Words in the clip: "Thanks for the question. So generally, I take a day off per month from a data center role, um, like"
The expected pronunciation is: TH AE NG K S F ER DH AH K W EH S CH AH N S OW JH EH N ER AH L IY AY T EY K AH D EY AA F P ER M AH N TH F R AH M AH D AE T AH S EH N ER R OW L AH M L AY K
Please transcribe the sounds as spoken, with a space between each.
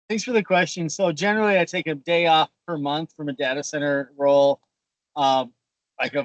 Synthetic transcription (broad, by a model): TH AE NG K S F ER DH AH K W EH S CH AH N S OW JH EH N ER L IY AY T EY K AH D EY AA F P ER M AH N TH F R AH M AH D AE T AH S EH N ER R OW L AH M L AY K